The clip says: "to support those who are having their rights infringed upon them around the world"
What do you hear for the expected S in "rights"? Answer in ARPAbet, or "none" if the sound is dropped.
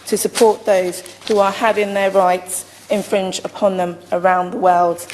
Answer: S